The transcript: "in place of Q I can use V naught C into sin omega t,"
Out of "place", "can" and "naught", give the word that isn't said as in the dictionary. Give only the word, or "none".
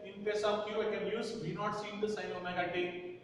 place